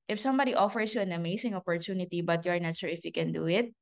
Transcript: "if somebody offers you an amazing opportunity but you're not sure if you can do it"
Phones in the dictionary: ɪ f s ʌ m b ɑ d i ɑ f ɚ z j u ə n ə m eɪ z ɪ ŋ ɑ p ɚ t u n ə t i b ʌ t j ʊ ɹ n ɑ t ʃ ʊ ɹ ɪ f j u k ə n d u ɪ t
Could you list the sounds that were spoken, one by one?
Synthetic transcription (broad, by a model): ɪ f s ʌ m b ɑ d i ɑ f ɚ s j u ə n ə m eɪ s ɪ ŋ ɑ p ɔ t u n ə t i b ʌ t j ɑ ɹ n ɑ t ʃ ʊ ɹ ɪ f j u k ə n d u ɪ t